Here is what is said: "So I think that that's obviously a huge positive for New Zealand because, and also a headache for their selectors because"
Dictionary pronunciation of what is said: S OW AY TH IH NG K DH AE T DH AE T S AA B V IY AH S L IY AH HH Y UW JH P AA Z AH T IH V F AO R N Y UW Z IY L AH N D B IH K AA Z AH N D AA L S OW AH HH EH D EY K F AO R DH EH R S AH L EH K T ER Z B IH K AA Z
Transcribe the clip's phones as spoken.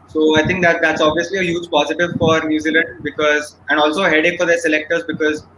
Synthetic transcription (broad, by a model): S OW AY T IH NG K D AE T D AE T S AA B V IY AH S L IY AH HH Y UW JH P AA Z AH T IH V F AO R N Y UW Z IY L AH N D B IH K AA Z AH N D AA L S OW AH HH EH D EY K F AO R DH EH R S AH L EH K T ER Z B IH K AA Z